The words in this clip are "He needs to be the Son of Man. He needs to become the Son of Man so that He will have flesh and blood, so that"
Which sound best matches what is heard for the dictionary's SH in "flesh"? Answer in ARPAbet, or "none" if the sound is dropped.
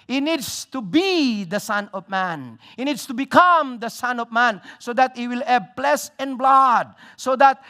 S